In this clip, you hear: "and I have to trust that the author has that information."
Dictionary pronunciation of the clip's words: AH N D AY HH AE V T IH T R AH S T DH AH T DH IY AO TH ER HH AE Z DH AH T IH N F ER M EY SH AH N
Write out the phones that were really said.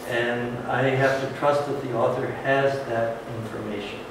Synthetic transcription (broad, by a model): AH N AY HH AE F T IH T R AH S T DH AH T DH IY AO TH ER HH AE Z DH AH T IH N F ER M EY SH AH N